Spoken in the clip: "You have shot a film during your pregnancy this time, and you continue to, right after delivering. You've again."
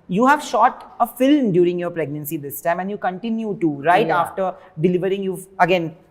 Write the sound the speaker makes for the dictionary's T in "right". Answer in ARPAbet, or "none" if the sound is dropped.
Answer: none